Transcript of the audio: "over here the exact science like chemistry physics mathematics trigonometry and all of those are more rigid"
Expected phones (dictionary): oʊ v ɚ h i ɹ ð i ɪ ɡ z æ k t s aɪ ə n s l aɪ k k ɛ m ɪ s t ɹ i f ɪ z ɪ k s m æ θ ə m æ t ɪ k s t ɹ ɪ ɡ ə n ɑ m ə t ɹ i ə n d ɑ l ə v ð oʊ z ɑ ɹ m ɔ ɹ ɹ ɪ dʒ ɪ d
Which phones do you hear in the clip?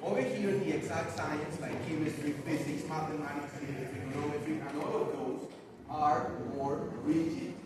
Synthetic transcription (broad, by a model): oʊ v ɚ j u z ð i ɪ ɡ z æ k t s aɪ ə n s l aɪ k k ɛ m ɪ s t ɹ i f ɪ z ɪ k s m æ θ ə m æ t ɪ k s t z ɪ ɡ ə ɑ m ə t ɹ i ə n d ɑ l ə v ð oʊ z ɑ ɹ m ɔ ɹ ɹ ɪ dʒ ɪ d